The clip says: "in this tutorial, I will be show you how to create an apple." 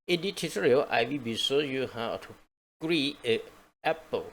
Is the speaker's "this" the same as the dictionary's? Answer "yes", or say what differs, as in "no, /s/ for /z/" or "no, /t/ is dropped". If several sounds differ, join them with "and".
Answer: no, /s/ is dropped